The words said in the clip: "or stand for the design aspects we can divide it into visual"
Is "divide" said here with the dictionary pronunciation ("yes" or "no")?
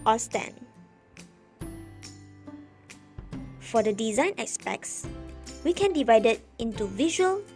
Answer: yes